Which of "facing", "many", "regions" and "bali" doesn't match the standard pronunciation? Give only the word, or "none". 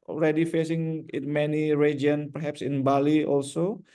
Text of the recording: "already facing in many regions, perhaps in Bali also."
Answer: regions